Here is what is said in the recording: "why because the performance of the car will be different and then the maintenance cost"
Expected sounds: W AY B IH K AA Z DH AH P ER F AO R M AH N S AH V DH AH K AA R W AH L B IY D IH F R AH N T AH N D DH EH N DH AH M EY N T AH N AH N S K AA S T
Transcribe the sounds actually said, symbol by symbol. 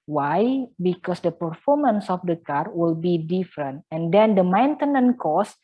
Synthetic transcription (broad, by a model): W AY B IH K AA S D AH P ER F AO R M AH N S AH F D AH K AA R W AH L B IY D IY F R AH N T AH N D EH N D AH M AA N T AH N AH N K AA S